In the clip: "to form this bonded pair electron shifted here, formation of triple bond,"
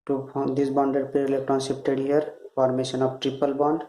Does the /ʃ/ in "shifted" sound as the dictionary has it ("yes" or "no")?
no